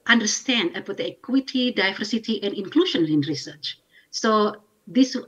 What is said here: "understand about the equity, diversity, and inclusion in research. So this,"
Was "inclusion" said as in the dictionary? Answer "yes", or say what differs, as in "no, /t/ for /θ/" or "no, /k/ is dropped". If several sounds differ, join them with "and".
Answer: no, /ʃ/ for /ʒ/